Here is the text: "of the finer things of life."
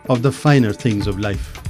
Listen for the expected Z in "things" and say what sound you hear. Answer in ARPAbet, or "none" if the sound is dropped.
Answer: Z